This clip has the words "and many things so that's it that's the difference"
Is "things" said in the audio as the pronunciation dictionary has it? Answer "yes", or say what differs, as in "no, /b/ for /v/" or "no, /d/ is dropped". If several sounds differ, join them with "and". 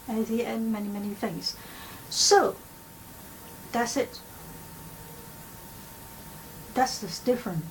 yes